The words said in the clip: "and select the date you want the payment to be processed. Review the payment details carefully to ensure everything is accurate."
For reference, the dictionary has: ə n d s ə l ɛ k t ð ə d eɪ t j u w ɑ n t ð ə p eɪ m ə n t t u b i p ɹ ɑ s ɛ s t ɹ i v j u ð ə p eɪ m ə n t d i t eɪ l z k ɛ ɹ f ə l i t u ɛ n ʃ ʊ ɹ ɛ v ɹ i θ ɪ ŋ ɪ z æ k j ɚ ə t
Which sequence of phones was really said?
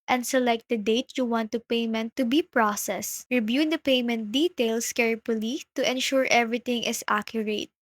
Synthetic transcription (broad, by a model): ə n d s ə l ɛ k t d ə d eɪ t j u w ɑ n t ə p eɪ m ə n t t u b i p ɹ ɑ s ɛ s ɹ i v j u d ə p eɪ m ə n t d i t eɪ l s k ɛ ɹ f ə l i t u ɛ n ʃ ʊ ɹ ɛ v ɹ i t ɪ ŋ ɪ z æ k j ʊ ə t